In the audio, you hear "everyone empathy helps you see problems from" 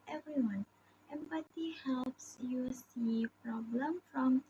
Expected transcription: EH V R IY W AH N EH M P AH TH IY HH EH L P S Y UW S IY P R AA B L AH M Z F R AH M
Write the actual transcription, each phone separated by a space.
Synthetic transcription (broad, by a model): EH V R IY W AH N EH M P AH T IY HH EH L P S Y UW S IY P R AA B L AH M F R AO M